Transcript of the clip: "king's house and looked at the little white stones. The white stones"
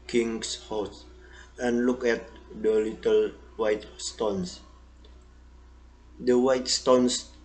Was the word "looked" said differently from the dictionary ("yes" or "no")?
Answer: yes